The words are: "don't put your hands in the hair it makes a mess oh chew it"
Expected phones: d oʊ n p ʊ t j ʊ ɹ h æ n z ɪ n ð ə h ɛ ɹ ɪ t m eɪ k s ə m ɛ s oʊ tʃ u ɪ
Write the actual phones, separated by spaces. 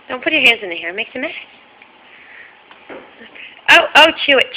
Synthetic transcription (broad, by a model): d oʊ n p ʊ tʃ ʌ ɹ h æ n z ɪ n ð ə h ɛ ɹ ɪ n m eɪ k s ə m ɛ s oʊ tʃ u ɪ